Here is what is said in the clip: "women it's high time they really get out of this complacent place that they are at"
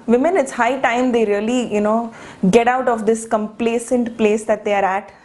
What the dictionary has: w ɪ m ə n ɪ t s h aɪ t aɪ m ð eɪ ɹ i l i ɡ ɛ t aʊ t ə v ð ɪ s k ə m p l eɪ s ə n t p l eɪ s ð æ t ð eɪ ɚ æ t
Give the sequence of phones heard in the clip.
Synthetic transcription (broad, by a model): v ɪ m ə n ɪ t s h aɪ t aɪ m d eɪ ɹ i l i ɡ ɛ t aʊ t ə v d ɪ s k ə m p l eɪ s ə n t p l eɪ s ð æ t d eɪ ɚ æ t